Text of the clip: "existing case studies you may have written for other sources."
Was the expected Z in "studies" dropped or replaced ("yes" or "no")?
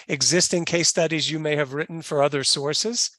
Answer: no